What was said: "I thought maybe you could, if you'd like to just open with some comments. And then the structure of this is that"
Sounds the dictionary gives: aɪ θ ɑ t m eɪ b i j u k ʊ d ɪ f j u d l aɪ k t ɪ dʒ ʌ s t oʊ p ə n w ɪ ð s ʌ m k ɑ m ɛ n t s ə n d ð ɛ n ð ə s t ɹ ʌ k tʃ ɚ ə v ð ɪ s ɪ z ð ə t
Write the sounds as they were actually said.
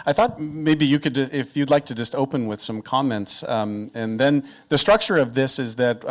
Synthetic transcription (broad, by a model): aɪ θ ɑ t m eɪ b i j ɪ k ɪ d ɪ f j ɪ d l aɪ k t ɪ dʒ ʌ s t oʊ p ə n w ɪ ð s ʌ m k ɑ m ɛ n t s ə n ð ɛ n ð ə s t ɹ ʌ k tʃ ɚ ə v ð ɪ s ɪ z ð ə t